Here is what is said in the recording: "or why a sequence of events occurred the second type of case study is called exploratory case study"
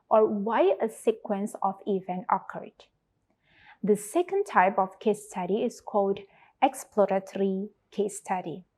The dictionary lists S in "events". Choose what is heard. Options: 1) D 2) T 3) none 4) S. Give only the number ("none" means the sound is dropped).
3